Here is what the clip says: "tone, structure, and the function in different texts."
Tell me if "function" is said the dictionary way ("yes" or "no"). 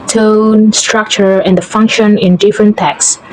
yes